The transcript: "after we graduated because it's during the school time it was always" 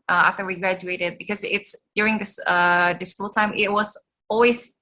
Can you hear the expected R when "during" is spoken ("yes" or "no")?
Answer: yes